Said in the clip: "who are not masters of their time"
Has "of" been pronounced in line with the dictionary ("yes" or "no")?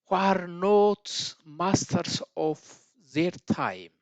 no